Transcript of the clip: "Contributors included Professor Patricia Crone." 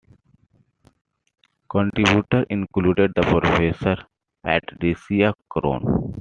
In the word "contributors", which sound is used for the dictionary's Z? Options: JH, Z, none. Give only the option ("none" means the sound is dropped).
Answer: none